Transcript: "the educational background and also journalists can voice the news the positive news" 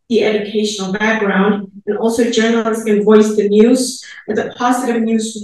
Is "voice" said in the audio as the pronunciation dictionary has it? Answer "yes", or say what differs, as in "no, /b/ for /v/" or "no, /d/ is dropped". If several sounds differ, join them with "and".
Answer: yes